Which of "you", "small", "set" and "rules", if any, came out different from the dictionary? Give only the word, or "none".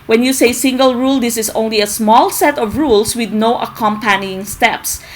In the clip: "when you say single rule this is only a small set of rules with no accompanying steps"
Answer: rules